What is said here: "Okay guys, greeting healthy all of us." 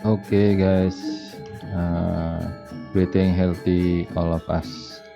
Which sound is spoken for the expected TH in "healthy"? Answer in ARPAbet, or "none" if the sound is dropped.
T